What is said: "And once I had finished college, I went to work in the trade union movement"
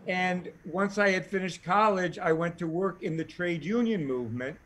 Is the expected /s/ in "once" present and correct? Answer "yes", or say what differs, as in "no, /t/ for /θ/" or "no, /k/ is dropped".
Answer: yes